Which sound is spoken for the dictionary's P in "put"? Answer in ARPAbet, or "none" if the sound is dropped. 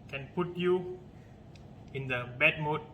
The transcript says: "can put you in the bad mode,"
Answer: P